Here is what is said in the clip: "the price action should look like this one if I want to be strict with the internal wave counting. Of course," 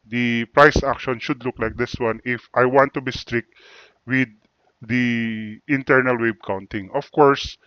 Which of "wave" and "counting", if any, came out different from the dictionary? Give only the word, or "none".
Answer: wave